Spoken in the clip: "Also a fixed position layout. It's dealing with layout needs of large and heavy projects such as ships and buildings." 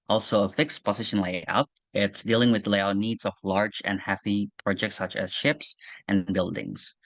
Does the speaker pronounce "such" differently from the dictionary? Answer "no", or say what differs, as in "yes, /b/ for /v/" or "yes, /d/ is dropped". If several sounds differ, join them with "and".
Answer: no